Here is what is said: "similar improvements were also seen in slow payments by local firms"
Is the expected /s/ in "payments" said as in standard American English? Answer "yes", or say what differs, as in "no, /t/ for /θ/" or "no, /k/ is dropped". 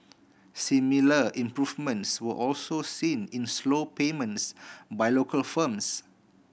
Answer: yes